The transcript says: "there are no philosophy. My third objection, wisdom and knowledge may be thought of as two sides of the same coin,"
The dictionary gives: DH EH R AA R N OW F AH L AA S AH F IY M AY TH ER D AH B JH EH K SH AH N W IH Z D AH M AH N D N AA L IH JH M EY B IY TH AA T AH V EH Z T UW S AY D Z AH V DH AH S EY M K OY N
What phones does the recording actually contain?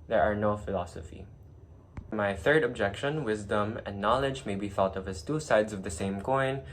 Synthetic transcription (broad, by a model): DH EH R AA R N OW F AH L AA S AH F IY M AY TH ER D AH B JH EH K SH AH N W IH Z D AH M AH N N AA L IH JH M EY B IY TH AA T AH V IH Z T UW S AY D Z AH V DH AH S EY M K OY N